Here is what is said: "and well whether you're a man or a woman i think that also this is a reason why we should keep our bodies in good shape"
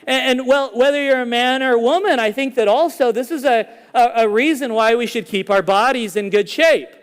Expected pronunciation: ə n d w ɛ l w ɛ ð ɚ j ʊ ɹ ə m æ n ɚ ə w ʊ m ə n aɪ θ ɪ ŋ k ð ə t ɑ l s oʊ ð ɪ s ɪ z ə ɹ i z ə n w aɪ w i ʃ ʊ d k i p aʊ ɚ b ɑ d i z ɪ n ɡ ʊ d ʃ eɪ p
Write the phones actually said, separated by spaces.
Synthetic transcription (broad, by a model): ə n w ɛ l w ɛ ð ɚ j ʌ ɹ ə m æ n ɚ w ʊ m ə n aɪ θ ɪ ŋ k ð ə t ɑ l s oʊ ð ɪ s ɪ z ə ɹ i z ə n w aɪ w i ʃ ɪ d k i p aʊ ɚ b ɑ d i z ɪ n ɡ ʊ d ʃ eɪ p